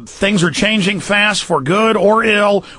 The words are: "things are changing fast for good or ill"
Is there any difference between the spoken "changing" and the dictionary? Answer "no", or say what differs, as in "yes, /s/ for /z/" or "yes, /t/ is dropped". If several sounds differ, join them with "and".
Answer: no